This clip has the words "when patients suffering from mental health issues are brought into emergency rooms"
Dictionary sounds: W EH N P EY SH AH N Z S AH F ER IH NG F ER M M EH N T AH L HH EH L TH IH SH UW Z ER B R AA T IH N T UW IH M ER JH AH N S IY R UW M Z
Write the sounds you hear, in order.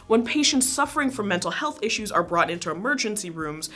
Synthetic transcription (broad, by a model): W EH N P EY SH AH N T S AH F ER IH NG F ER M M EH N T L HH EH L TH IH SH UW Z ER B R AA T IH N T UW IH M ER JH AH N S IY R UW M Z